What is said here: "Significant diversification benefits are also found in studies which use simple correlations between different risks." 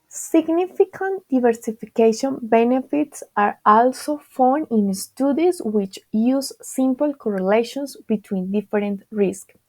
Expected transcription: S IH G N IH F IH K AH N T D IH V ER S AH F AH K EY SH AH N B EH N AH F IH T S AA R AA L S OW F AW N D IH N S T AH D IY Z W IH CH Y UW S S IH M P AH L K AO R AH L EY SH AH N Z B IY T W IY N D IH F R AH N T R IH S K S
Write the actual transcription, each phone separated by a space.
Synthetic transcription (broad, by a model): S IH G N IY F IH K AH N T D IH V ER S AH F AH K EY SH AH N B EH N AH F IH T S AA R AA L S OW F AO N IH N S T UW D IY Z W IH CH Y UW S S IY M P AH L K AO R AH L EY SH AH N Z B IY T W IY N D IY F R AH N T R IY S K